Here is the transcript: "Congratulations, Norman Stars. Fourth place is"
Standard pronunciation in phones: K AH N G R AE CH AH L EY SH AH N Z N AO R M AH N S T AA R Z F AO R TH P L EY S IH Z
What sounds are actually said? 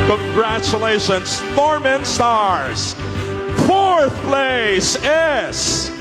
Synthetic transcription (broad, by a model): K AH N G R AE CH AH L EY SH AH N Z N AO R M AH N S T AA R Z F AO R TH P L EY S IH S